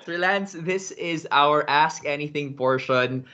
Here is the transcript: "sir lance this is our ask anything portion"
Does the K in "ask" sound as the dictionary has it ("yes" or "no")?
yes